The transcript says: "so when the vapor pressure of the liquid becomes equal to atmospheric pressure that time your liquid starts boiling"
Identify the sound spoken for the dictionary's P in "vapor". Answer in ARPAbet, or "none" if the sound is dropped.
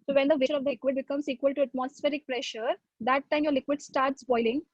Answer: none